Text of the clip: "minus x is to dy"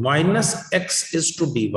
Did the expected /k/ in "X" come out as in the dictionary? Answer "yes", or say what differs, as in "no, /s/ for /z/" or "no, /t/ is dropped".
yes